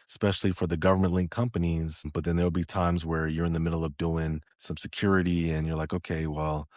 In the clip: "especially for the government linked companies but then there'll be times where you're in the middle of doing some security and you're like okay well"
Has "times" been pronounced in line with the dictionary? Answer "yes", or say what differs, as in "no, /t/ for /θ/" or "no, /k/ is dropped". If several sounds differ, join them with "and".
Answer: yes